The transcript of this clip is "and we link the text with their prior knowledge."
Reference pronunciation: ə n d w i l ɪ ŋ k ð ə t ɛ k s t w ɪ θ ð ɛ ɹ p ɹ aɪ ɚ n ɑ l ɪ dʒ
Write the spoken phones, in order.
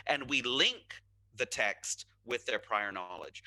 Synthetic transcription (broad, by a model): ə n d w i l ɪ ŋ k ð ə t ɛ k s t w ɪ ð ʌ ɹ p ɹ aɪ ɚ n ɑ l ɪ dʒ